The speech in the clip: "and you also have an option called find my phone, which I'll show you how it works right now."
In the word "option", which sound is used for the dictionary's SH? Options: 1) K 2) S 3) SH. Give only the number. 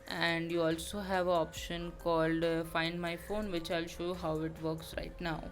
3